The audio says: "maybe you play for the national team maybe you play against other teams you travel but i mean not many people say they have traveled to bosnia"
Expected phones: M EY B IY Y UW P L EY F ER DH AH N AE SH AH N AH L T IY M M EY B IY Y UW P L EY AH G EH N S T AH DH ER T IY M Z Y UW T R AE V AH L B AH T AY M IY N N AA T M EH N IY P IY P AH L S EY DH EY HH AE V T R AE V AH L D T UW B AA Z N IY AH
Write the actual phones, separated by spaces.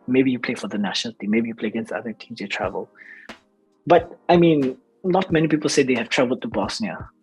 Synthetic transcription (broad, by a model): M EY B IY Y UW P L EY F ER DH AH N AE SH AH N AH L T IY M M EY B IY Y UW P L EY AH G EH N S AA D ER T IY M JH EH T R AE V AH L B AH T AY M IY N N AA T M EH N IY P IY P AH L S EY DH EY HH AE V T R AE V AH L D T UW B AA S N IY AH